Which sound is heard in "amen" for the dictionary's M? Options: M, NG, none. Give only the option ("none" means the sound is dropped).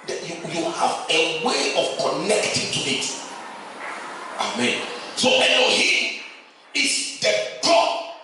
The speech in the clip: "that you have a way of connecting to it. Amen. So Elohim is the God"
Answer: M